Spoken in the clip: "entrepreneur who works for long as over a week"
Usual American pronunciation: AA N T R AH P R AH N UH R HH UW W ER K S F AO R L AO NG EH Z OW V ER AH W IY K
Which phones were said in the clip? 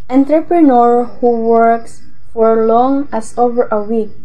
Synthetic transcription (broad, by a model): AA N T R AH P R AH N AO R HH UW W ER K S F AO R L AO NG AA S OW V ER AH W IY K